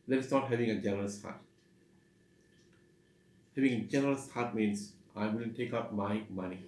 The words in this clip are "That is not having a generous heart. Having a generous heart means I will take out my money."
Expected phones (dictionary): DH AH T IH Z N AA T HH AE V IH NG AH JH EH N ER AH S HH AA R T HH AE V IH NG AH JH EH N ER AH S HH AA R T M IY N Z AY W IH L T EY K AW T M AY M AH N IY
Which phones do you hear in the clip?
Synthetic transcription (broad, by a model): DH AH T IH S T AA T HH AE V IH NG AH JH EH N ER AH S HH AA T HH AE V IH NG AH JH EH N ER AH S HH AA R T M IY N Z AY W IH N T EY K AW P M AY M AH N IY